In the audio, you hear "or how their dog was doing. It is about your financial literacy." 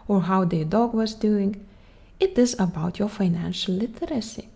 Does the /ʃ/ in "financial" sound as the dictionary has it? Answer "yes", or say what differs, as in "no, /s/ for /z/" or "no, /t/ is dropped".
yes